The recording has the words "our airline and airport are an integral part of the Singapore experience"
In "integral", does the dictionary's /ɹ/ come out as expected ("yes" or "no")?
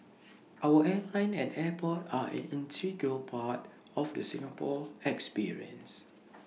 no